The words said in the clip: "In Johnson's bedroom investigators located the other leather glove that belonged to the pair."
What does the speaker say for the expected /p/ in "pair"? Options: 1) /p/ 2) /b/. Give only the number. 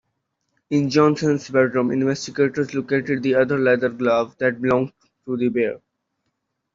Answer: 2